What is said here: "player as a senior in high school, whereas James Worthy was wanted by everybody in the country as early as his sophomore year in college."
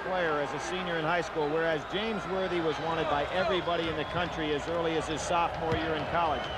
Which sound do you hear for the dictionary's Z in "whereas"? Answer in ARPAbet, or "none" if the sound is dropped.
Z